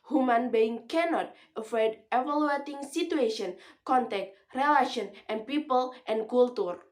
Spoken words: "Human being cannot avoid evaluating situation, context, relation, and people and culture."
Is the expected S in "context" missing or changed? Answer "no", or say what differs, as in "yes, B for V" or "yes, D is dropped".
yes, S is dropped